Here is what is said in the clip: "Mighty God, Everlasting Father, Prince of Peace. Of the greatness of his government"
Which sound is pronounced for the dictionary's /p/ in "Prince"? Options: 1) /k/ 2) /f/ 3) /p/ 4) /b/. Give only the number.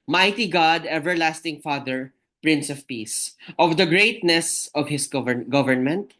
3